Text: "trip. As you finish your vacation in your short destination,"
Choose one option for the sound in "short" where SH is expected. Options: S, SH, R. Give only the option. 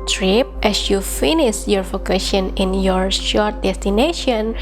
SH